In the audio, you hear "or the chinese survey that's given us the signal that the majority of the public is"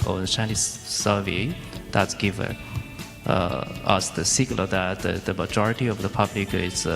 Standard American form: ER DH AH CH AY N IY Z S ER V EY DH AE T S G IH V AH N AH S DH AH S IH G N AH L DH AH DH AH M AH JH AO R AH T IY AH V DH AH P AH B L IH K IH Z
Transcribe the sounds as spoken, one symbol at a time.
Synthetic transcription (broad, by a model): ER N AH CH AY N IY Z S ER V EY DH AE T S G IH V AH N AH S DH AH S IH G L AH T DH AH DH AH M AH JH AO R AH T IY AH V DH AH P AH B L IH K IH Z